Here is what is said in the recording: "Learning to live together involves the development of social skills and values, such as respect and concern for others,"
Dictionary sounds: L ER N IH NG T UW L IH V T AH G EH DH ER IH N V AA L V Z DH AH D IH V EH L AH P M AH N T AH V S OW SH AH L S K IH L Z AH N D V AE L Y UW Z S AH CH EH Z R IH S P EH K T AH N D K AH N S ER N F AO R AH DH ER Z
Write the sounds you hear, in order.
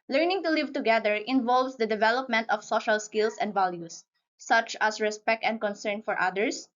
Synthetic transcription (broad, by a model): L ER N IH NG T UW L IH V T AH G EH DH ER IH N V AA L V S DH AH D IH V EH L AH P M AH N T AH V S OW SH AH L S K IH L S AH N D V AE L Y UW S AH CH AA S R IH S P EH K T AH N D K AH N S ER N F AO R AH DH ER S